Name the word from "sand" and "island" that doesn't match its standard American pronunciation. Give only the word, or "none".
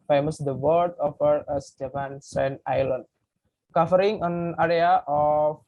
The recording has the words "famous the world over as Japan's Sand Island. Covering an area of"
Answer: sand